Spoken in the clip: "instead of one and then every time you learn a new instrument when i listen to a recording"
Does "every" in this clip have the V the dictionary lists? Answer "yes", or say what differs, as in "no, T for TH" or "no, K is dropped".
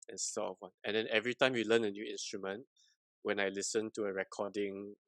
yes